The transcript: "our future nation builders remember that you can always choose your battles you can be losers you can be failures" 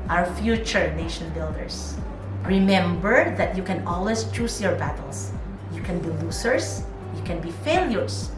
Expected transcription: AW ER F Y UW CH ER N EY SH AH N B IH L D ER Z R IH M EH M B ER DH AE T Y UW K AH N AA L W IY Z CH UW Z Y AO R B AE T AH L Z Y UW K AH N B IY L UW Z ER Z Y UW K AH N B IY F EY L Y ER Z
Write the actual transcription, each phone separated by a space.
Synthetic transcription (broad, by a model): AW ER F Y UW CH ER N EY SH AH N B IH L D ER S R IH M EH M B ER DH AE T Y UW K AH N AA L W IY S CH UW S Y AO R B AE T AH L S Y UW K AH N B IY L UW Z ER S Y UW K AH N B IY F EY L Y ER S